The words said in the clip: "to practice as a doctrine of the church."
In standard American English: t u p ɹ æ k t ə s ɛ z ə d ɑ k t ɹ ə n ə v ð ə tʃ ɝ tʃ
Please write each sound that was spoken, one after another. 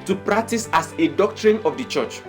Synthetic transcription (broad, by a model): t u p ɹ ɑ k t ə s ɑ s ə d ɑ k t ɹ ə n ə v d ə tʃ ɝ tʃ